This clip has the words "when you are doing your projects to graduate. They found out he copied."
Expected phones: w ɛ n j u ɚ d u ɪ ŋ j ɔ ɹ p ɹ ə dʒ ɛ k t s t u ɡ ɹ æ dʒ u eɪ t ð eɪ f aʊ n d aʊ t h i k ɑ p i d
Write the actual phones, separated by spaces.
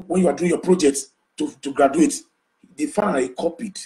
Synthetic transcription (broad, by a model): w ɛ n j u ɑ d u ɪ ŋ j ɔ p ɹ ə dʒ ɛ k t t t u ɡ ɹ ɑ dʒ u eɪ t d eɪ f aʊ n aʊ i k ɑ p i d